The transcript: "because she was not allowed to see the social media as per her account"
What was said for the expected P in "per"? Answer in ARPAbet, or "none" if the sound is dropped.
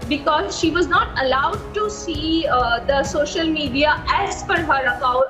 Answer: F